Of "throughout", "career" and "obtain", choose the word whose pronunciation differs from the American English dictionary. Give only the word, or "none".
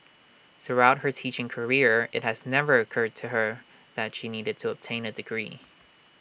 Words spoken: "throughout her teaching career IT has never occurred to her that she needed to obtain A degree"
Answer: none